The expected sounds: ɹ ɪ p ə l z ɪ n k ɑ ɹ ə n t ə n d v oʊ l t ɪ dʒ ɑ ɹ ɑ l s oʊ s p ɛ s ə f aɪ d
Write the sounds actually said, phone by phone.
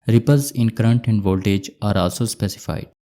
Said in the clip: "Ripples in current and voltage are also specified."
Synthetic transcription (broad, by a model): ɹ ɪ p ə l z ɪ n k ɹ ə n t ə n d v oʊ l t ɪ dʒ ɑ ɹ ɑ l s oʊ s p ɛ s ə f aɪ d